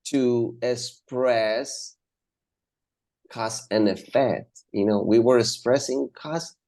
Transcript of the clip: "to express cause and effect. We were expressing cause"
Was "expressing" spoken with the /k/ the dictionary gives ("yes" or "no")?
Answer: yes